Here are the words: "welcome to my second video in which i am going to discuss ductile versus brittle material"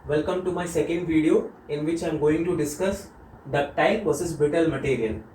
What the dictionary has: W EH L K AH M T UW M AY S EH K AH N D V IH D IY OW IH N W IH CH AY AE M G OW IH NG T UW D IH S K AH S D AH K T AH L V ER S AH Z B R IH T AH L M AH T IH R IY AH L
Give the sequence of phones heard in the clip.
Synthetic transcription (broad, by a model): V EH L K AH M T UW M AY S EH K AH N D V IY D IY OW IH N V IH CH AY M G OW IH NG T UW D IH S K AH S D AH T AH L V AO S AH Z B IH T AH L M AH T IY R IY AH L